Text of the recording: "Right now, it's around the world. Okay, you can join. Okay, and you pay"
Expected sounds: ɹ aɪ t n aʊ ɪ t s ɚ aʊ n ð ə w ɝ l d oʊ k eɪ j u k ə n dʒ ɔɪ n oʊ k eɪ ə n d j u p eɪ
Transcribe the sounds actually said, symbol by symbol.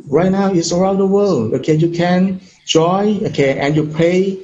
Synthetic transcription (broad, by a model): ɹ aɪ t n aʊ ɪ t s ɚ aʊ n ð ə w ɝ l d oʊ k eɪ j u k ə n dʒ ɔɪ oʊ k eɪ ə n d j u p eɪ